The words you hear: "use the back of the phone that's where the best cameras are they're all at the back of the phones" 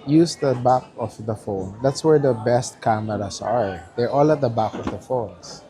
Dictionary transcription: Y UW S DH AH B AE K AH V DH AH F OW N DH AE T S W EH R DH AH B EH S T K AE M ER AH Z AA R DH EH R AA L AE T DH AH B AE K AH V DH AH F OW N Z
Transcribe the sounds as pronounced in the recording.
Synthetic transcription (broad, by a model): Y UW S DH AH B AE K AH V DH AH F OW N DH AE T S W EH R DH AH B EH S T K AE M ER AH S AA R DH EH R AA L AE T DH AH B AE K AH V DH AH F OW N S